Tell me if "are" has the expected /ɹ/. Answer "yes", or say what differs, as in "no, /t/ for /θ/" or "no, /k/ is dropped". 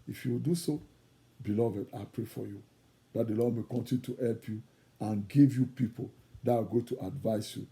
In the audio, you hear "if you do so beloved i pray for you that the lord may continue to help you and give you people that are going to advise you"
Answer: no, /w/ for /ɹ/